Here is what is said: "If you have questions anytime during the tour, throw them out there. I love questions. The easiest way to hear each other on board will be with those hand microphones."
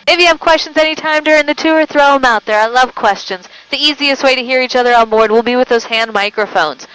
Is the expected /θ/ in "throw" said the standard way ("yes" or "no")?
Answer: yes